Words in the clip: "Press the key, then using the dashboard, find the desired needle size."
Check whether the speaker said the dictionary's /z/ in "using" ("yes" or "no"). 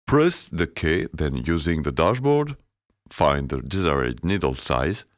yes